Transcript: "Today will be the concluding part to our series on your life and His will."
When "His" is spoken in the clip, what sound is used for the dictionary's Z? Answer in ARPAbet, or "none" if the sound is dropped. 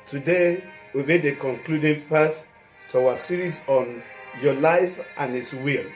S